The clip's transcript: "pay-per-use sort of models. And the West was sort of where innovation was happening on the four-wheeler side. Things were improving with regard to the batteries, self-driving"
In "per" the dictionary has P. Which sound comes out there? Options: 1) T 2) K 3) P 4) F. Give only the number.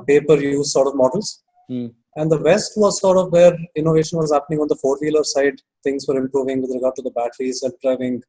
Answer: 3